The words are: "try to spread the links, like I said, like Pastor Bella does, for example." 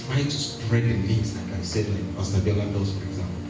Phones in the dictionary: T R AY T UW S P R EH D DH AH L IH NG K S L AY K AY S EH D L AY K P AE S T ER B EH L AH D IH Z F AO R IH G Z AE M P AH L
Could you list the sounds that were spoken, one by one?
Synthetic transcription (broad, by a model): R AY T UW S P R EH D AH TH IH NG S L AY K AY S EH D L AY K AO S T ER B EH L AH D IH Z F AO R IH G Z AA M P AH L